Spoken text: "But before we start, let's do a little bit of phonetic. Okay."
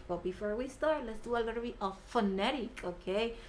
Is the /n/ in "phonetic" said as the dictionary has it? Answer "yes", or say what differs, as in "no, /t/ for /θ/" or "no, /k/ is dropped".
yes